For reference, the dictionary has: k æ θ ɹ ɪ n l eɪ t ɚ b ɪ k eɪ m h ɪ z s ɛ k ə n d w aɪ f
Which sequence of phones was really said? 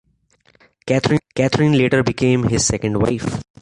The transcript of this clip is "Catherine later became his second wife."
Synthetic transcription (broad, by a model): k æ t ɹ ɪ n l eɪ t ɚ b ɪ k eɪ m h ɪ z s ɛ k ə n d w aɪ f